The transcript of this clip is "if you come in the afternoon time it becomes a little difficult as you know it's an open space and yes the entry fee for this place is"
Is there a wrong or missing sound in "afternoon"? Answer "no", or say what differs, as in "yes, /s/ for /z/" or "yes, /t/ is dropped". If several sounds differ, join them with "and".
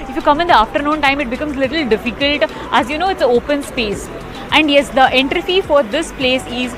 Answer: no